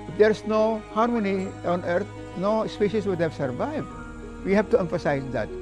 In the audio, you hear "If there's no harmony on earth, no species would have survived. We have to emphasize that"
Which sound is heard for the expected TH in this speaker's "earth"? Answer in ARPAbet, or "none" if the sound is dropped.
T